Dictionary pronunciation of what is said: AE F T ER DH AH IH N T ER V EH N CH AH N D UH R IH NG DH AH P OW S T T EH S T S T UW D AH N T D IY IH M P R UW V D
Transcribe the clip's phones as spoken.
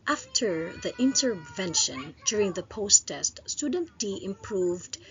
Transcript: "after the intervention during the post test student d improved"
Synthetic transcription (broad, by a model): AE F T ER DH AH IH N T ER V EH N SH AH N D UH R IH NG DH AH P OW S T T EH S T S T UW D AH N T D IY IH M P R UW V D